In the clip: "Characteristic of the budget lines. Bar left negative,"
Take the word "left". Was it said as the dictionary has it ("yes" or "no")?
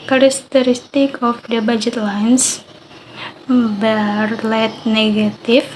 no